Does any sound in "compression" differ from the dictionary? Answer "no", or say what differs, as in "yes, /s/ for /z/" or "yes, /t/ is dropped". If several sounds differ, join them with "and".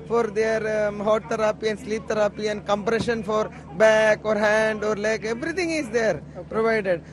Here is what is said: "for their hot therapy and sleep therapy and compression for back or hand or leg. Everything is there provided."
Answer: no